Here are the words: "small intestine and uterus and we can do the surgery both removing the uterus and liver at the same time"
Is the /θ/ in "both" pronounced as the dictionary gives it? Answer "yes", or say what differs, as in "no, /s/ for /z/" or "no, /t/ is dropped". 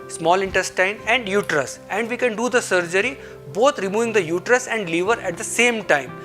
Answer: no, /t/ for /θ/